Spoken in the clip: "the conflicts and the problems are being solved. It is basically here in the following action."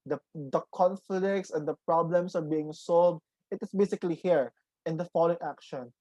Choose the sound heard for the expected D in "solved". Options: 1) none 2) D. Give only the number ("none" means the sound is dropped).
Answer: 2